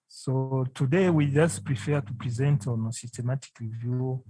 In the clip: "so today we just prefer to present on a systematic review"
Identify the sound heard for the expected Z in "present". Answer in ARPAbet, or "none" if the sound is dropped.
Z